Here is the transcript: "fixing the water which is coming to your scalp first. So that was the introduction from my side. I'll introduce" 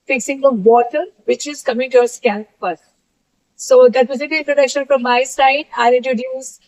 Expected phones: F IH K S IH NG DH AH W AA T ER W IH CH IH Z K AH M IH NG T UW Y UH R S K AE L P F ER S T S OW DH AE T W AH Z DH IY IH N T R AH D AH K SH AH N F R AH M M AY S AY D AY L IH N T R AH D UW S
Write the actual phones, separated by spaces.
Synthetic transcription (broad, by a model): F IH K S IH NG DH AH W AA T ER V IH CH IH Z K AH M IH NG T UW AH S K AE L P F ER T S OW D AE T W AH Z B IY IH N T R AH D AH K SH AH N F R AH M M AY S AY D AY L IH N T R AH D UW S